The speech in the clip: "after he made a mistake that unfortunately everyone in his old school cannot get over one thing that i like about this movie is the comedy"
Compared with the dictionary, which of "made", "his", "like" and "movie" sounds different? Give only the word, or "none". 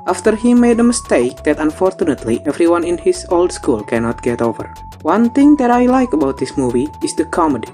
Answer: his